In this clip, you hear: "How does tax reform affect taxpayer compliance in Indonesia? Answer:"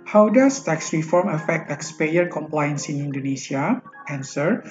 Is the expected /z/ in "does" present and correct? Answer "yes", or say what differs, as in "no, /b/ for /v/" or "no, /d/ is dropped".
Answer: no, /s/ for /z/